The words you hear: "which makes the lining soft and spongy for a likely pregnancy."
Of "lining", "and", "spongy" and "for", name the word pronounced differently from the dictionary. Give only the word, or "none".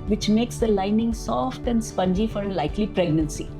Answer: none